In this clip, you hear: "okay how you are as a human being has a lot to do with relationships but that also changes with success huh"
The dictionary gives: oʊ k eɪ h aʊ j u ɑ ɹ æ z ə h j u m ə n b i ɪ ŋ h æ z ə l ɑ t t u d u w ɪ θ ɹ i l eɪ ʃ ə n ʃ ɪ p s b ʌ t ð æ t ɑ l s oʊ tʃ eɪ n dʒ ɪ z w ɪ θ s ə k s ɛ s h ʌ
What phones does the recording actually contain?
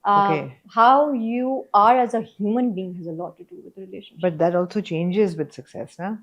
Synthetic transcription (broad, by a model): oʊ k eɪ h aʊ j u ɑ ɹ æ z ə h j u m ə n b i ɪ ŋ h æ z ə l ɑ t t u d u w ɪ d ɹ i l eɪ ʃ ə n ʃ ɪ b ʌ t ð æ t ɑ l s oʊ tʃ eɪ n dʒ ɪ z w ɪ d s ə k s ɛ s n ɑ